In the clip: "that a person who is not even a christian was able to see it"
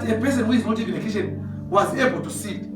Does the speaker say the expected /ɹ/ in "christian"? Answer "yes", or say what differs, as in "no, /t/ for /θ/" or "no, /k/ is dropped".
no, /l/ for /ɹ/